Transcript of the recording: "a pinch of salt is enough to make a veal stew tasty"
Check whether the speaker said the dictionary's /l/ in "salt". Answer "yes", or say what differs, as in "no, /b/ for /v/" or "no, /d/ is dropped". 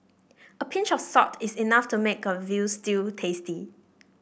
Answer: no, /l/ is dropped